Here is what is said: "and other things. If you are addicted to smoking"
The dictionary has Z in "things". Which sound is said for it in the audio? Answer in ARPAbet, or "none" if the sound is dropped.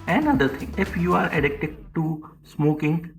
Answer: none